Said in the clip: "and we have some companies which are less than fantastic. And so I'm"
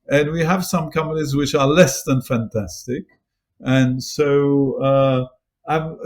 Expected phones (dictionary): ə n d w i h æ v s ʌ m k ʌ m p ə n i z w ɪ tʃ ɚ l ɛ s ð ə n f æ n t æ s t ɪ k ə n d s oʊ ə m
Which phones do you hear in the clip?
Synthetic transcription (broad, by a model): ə n w i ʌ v s ʌ m k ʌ m ə l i z w ɪ tʃ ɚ l ɛ s ð ə n f æ n t æ s t ɪ k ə n s oʊ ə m